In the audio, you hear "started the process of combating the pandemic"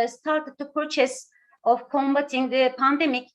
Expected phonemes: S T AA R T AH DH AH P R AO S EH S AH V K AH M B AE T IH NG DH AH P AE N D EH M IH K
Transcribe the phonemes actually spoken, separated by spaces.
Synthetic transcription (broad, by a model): S T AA R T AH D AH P AO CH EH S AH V K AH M B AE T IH NG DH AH P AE N D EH M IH K